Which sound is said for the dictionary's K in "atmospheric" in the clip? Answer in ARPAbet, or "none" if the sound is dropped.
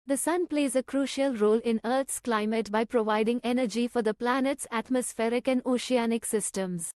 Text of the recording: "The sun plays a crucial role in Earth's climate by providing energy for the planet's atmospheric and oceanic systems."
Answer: K